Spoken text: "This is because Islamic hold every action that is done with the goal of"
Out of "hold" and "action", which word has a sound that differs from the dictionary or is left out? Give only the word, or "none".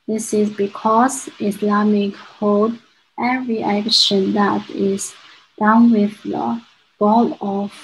hold